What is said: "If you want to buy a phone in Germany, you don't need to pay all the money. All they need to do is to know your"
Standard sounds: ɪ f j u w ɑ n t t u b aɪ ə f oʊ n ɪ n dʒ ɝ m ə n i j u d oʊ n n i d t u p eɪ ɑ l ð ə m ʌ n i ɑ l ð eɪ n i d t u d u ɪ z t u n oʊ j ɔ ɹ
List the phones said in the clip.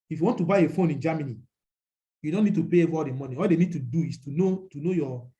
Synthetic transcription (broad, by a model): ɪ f j u w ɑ n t t u b aɪ ə f oʊ n ɪ n dʒ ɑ m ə n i j u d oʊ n n i d t u p eɪ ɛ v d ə m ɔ n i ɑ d eɪ n i d t u d u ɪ s t u n oʊ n ɔ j